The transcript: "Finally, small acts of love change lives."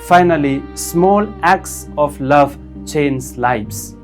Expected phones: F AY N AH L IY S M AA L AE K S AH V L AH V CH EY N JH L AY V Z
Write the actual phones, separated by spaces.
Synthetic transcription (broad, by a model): F AY N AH L IY S M AA L AE K S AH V L AH V CH EY N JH L AY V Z